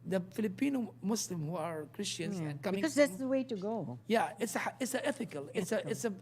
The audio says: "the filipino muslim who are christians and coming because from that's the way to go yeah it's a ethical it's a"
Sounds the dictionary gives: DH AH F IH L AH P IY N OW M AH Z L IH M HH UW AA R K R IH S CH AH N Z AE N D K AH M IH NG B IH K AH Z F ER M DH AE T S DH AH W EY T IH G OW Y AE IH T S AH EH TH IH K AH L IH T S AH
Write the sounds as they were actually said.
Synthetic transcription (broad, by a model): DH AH F IH L AH P IY N OW M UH S L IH M HH UW AA R K R IH S CH AH N Z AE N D K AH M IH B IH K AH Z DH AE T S DH AH W EY T IH G OW Y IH IH T S AH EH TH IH K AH L IH T S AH